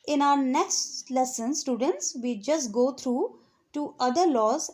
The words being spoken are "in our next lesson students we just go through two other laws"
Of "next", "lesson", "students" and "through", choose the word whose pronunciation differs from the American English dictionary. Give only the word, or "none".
through